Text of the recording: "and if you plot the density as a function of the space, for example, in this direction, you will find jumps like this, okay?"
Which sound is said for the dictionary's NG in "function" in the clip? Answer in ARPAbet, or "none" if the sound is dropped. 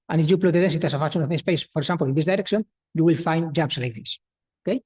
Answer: none